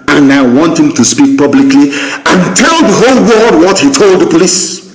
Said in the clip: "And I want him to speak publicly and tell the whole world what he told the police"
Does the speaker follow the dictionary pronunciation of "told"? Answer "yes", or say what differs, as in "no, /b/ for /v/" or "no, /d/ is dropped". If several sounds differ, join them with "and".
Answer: yes